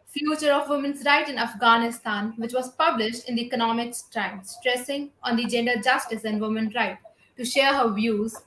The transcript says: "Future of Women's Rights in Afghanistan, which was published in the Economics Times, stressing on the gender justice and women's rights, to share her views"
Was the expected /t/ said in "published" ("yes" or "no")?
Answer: yes